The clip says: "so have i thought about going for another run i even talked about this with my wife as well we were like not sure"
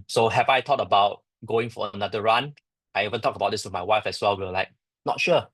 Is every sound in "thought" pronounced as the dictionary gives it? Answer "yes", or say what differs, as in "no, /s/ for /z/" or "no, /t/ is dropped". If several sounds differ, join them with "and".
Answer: no, /t/ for /θ/